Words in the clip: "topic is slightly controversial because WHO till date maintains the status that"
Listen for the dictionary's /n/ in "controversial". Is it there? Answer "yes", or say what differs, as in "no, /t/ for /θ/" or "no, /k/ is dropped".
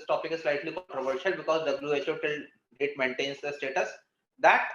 no, /n/ is dropped